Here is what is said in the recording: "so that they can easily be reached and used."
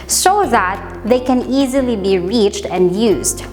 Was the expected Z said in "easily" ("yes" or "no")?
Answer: yes